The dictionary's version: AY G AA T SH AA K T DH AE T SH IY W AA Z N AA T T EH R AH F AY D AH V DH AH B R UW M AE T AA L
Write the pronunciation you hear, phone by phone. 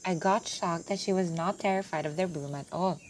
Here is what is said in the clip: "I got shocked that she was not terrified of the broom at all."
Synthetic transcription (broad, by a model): AY G AA T SH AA K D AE T SH IY W AA Z N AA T T EH R AH F AY D AH V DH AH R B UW M AE T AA L